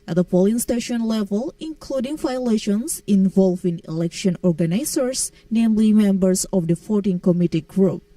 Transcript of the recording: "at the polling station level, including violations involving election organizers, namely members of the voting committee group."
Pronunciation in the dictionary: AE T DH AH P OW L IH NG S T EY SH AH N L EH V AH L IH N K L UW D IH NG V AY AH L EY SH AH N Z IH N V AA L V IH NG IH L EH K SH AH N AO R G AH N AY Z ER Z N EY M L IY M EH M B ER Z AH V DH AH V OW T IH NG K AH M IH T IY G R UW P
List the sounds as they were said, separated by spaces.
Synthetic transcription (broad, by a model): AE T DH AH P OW L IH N S T EY SH AH N L EH V AH L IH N K L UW D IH NG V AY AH L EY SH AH N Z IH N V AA L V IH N IH L EH K SH AH N AO R G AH N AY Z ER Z N EY M L IY M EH M B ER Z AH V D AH F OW T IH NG K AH M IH T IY G R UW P